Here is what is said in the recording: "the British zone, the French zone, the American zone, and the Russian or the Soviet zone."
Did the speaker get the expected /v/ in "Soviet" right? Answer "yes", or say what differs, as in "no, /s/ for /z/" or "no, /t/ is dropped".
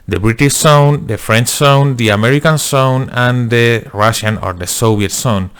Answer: no, /b/ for /v/